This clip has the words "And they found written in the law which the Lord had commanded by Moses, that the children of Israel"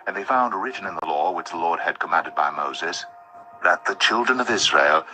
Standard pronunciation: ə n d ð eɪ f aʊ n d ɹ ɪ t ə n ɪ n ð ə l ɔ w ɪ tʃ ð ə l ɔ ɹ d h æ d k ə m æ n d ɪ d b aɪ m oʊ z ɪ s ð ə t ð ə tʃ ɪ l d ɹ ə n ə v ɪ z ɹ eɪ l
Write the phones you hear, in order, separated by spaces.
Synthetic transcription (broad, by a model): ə n ð eɪ f aʊ n d ɹ ɪ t n ɪ n ð ə l ɔ w ɪ tʃ ð ə l ɔ ɹ d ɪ d k ə m æ n d ɪ d b aɪ m oʊ z ɪ s ð ə t ð ə tʃ ɪ l d ɹ ə n ə v ɪ z ɹ eɪ l